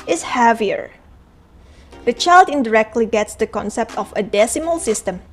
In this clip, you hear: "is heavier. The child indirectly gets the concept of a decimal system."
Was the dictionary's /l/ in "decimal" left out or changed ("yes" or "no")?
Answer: no